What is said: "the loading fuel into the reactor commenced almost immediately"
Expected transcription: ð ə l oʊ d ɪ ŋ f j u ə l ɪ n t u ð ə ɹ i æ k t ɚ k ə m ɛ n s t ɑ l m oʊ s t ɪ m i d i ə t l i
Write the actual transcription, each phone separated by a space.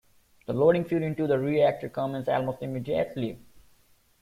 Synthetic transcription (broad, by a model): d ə l oʊ d ɪ ŋ f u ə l ɪ n t u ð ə ɹ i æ k t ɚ k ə m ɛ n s æ l m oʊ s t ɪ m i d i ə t l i